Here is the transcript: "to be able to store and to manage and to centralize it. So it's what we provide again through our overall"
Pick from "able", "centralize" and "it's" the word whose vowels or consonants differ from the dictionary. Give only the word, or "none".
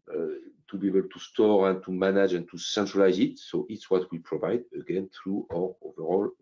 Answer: none